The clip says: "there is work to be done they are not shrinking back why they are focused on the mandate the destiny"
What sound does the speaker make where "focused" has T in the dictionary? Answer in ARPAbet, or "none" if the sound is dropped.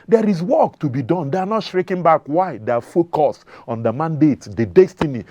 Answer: none